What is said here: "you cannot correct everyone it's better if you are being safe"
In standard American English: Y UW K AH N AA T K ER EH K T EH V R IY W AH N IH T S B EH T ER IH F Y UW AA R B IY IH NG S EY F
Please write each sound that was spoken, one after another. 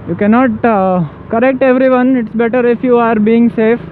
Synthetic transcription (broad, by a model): Y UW K AH N AA T K ER EH K T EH V R IY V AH N IH T S B EH T ER IH F Y UW AA R B IY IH NG S EY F